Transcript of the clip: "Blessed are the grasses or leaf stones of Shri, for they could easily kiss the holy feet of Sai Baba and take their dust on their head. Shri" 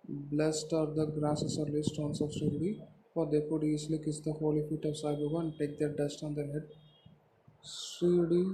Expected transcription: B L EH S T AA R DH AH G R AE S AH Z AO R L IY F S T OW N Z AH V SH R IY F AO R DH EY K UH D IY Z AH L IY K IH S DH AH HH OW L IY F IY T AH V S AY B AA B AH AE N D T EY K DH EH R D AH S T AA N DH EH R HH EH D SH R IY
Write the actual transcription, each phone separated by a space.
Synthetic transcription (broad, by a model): B L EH S T AA R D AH G R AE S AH S AO R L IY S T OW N S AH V S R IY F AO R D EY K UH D IY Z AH L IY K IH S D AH HH OW L IY F IY T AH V S AY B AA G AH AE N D T EY K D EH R D AH S T AA N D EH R HH EH D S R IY